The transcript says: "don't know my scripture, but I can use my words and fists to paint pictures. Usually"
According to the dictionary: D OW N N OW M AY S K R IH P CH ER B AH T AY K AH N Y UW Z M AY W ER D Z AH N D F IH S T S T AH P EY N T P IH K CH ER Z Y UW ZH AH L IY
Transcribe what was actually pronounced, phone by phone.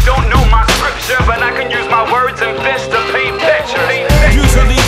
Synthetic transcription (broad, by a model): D OW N N OW M AY S K R IH P CH ER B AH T AY K AH N Y UW Z M AY W ER D Z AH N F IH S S T AH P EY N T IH CH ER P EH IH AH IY